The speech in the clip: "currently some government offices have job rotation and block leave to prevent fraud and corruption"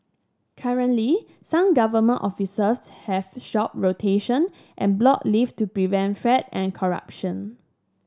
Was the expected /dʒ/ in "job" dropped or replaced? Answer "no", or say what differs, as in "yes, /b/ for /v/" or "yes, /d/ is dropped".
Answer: yes, /ʃ/ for /dʒ/